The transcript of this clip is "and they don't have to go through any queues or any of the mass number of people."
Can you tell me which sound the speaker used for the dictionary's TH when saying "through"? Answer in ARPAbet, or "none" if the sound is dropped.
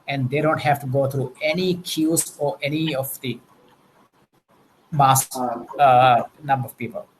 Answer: T